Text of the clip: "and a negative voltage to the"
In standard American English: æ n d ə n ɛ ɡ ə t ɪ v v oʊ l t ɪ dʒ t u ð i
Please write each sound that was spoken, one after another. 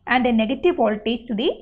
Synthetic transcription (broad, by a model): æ n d ə n ɛ ɡ ə t ɪ v p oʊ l t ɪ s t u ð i